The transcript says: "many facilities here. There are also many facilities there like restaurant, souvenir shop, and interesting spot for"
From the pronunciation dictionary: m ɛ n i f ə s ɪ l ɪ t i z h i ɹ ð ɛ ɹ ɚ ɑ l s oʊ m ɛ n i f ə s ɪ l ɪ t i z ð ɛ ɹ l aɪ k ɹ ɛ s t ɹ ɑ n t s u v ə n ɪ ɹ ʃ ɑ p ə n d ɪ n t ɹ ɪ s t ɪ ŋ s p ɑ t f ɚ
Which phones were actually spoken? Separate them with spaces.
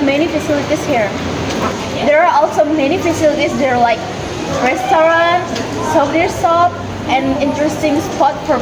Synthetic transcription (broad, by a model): m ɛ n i f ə s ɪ l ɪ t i s h i ɹ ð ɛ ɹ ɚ ɑ l s oʊ m ɛ n i f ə s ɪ l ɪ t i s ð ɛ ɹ l aɪ k ɹ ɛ s t ɹ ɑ n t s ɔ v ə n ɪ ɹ s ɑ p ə n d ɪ n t ɹ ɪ s t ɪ ŋ s p ɑ t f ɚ